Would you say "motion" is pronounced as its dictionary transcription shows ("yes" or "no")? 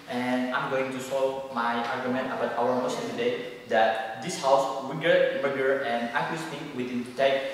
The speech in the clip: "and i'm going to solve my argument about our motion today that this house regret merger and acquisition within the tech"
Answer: no